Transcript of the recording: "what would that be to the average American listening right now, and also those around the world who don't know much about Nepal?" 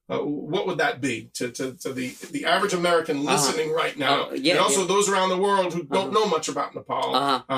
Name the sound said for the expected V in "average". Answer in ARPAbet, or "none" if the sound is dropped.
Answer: V